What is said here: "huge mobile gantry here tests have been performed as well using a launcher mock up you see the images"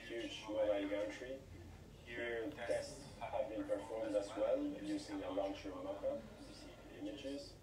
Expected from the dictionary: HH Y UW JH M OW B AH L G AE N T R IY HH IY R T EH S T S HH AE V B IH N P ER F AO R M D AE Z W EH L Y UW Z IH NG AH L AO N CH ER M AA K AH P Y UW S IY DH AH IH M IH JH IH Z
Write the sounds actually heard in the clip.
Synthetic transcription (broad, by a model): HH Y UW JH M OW AH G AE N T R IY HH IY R T EH S T S HH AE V B IH N P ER F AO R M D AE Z W EH L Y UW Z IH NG AH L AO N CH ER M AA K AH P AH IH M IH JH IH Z